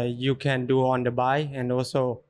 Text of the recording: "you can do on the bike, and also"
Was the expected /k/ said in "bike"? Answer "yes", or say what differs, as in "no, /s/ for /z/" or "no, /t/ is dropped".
no, /k/ is dropped